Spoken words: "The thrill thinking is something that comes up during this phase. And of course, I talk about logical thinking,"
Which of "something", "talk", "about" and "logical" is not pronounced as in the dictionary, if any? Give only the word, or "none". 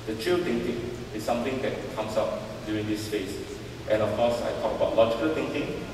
something